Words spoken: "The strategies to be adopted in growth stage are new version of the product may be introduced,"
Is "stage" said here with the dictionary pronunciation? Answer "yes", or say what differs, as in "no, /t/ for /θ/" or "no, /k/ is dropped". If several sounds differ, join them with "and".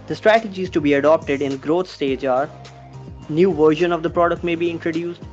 yes